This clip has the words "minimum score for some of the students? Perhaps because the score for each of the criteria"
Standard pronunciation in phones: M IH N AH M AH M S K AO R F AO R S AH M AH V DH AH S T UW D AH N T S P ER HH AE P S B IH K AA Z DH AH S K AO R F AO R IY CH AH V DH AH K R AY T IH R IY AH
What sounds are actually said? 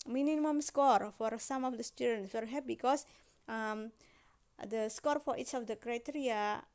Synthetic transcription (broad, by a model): M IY N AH M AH M S K AO R F AO R S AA M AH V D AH S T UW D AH N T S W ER HH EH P B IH K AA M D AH S K AO R F AO R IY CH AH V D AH K R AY T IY R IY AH